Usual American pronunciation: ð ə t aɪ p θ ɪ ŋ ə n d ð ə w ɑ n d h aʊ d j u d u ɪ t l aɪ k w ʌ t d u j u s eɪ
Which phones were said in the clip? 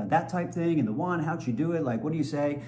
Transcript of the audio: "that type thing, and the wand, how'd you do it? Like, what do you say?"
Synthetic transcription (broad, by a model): ð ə t aɪ p θ ɪ ŋ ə n ð ə w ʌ n h aʊ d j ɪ d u ɪ t l aɪ k w ʌ t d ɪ j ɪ s eɪ